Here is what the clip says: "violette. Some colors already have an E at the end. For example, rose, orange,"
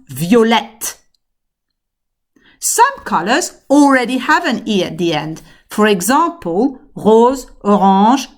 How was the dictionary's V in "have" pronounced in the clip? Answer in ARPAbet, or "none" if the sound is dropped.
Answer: V